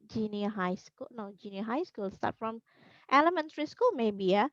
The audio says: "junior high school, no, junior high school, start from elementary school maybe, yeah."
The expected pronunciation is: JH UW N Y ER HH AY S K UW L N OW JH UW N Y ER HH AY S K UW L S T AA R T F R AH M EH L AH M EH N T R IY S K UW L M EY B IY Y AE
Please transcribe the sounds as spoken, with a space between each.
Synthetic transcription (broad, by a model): JH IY N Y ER HH AY S K UW L N OW JH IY N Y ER HH AY S K UW L S T AA T F R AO M EH L AH M EH N T R IY S K UW L M EY B IY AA